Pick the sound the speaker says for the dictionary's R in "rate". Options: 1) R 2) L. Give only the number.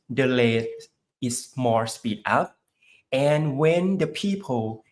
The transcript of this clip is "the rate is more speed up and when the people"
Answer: 2